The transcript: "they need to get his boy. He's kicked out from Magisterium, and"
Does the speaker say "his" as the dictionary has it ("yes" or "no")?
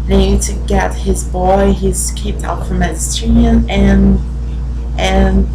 yes